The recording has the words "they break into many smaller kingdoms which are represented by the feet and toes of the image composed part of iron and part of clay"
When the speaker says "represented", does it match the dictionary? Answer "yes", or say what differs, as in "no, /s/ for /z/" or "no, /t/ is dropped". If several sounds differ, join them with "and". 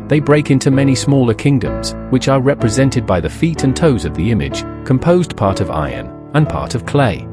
yes